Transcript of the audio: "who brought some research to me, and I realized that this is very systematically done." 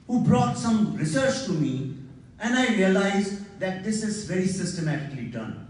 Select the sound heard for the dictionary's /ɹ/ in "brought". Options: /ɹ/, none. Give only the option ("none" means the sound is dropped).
/ɹ/